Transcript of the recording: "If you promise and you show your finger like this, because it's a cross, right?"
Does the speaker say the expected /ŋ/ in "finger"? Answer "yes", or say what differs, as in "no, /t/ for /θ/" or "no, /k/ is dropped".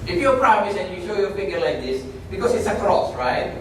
no, /ŋ/ is dropped